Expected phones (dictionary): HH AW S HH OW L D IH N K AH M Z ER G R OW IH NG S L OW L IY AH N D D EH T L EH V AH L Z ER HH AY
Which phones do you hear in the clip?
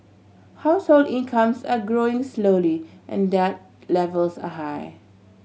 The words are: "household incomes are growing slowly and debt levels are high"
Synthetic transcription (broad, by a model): HH AW S HH OW L D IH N K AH M S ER G R OW IH NG S L OW L IY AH N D D EH T L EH V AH L S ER HH AY